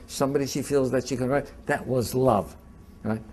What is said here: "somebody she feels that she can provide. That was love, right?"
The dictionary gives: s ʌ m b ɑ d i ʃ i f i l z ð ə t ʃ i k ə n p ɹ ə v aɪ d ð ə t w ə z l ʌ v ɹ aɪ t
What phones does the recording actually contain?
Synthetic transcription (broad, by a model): s ʌ m b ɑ d i ʃ i f i l z ð ə t ʃ i k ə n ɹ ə ɪ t ð ə t w ə z l ʌ v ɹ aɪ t